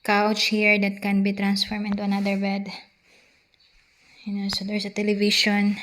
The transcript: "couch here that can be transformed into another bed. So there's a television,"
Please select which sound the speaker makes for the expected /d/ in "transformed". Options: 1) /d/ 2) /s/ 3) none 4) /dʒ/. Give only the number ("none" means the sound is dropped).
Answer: 3